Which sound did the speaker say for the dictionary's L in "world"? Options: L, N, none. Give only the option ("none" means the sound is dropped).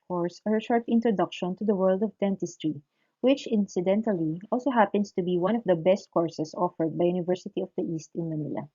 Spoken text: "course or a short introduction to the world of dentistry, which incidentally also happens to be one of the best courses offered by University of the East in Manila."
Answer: L